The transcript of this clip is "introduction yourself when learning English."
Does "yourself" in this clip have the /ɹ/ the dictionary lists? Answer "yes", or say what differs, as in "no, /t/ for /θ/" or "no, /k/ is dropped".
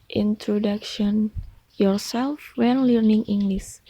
yes